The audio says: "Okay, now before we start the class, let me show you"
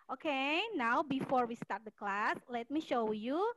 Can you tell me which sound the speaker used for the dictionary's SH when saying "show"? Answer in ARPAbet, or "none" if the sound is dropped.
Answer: SH